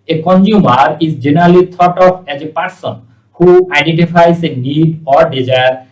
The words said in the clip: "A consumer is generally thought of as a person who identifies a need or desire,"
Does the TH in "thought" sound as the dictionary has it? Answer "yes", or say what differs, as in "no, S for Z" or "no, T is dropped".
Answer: no, T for TH